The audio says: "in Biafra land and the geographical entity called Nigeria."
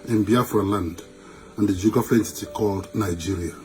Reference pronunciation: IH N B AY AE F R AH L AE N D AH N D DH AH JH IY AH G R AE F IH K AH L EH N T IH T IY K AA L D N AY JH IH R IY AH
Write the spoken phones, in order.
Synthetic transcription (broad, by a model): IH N B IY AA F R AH L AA N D AH N D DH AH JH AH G AA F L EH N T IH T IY K AA L D N AY JH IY R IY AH